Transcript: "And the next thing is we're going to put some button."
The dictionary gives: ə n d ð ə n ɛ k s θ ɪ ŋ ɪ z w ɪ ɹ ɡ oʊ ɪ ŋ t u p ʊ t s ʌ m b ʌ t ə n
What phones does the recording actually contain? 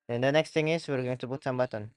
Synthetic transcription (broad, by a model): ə n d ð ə n ɛ k s t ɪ ŋ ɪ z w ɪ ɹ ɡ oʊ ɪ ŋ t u b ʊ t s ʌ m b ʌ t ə n